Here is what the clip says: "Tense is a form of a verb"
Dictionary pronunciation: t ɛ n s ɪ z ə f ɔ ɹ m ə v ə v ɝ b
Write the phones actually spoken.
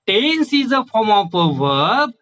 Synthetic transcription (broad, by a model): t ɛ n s ɪ z ə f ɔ m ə p ə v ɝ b